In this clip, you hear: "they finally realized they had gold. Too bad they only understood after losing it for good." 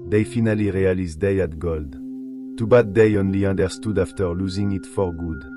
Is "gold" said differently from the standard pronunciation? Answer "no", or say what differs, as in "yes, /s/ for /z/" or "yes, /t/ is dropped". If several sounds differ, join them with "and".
no